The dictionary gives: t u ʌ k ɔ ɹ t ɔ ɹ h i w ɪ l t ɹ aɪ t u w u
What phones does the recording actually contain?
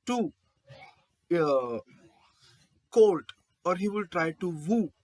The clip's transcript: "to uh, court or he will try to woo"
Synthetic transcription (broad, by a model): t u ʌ k ɔ l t ɔ ɹ h i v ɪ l t ɹ aɪ t u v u